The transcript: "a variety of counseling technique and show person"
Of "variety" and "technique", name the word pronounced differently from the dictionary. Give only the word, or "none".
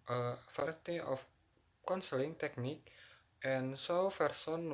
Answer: variety